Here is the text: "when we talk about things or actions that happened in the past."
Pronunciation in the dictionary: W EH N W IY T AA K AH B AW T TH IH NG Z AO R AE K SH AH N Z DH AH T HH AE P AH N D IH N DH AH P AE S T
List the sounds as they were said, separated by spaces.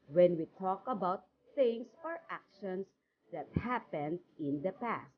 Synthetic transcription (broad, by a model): W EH N W IY T AA K AH B AW T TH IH NG S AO R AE K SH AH N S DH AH T HH AE P AH N D IH N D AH P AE S T